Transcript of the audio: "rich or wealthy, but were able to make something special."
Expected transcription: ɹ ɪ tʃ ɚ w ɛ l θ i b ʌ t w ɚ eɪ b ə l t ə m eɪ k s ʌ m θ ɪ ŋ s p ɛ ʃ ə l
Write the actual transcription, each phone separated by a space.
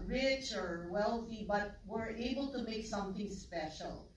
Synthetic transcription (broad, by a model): ɹ ɪ tʃ ɚ w ɛ l θ i b ʌ t w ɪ eɪ b ə l t ə m eɪ k s ʌ m θ ɪ ŋ s p ɛ ʃ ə l